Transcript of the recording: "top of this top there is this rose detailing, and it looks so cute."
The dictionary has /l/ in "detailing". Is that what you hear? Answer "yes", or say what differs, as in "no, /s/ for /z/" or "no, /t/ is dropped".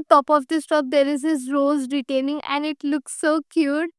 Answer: no, /n/ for /l/